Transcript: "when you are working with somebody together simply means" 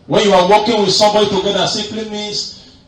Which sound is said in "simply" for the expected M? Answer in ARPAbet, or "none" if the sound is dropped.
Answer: none